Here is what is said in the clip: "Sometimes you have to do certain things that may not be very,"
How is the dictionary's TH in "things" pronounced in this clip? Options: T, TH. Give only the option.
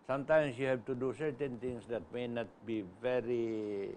T